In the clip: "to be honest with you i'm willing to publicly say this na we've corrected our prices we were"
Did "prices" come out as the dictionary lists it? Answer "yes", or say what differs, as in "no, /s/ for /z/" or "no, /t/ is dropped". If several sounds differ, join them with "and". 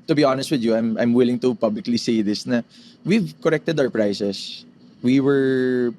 no, /s/ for /z/